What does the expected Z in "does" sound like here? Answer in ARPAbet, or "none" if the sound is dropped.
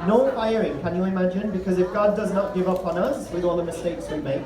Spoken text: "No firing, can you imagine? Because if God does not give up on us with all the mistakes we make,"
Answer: Z